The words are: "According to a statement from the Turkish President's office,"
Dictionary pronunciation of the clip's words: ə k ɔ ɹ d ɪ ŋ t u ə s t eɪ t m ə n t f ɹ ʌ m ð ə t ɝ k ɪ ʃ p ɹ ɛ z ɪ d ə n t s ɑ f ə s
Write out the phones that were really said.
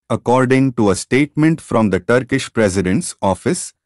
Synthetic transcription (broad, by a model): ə k ɔ ɹ d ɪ ŋ t u ə s t eɪ t m ə n t f ɹ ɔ m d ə t ɝ k ɪ ʃ p ɹ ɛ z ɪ d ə n t s ɑ f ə s